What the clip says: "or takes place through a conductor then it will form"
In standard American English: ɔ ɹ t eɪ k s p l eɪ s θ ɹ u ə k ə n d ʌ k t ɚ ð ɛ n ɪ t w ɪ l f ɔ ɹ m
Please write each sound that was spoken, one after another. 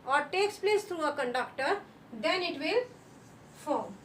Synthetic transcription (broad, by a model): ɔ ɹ t eɪ k s p l eɪ s t ɹ u ə k ə n d ʌ k t ɚ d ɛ n ɪ t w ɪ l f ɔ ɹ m